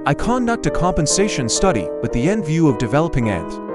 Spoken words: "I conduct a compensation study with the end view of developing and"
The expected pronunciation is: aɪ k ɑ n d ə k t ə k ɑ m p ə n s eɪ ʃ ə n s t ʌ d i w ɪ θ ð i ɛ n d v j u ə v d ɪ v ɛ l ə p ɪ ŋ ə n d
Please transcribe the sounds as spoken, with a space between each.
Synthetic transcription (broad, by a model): aɪ k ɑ n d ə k t ə k ɑ m p ə n s eɪ ʃ ə n s t ʌ d i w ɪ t ð i ɛ n d v j u ə v d ɪ v ɛ l ə p ɪ ŋ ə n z